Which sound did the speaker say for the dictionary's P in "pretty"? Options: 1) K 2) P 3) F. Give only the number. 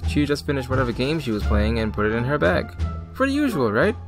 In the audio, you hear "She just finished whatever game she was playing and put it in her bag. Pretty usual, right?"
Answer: 3